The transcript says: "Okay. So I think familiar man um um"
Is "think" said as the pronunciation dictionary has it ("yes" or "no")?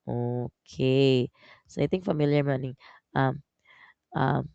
no